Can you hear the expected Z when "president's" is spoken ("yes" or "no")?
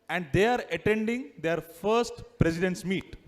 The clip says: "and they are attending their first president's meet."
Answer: no